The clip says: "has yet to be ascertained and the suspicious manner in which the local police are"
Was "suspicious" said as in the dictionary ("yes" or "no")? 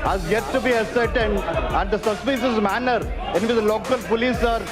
no